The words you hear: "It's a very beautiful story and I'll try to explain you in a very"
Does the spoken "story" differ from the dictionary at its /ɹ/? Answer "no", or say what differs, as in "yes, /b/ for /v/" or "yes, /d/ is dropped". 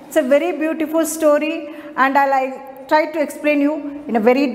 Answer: no